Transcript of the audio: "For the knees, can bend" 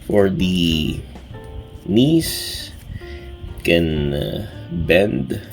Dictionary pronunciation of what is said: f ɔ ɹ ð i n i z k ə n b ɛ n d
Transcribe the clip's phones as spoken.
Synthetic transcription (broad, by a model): f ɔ ɹ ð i n i s k ə n b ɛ n d